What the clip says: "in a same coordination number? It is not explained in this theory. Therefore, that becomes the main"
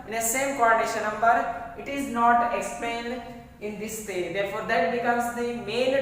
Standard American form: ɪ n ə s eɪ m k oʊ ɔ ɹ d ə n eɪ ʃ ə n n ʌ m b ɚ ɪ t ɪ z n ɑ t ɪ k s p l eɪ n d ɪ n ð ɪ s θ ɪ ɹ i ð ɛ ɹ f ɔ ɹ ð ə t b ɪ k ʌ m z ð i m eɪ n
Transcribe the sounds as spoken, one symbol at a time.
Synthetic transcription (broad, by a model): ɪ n ə s eɪ m k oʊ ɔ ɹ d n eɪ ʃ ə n n ʌ m b ɚ ɪ t ɪ z n ɑ t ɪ k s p eɪ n d ɪ n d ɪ s t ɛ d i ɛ ɹ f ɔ ɹ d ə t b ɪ k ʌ m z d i m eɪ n